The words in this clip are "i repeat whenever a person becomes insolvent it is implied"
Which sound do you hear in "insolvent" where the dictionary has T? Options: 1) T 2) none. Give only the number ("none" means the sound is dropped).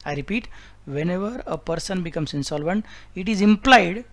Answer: 1